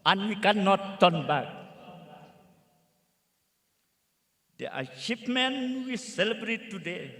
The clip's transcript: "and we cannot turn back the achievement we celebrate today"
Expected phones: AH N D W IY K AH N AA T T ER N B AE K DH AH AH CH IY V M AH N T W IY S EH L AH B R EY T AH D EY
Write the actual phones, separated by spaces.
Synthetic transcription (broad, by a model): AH N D W IY K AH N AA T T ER N B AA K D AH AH SH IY P M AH N W IY S EH L AH B R EY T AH D EY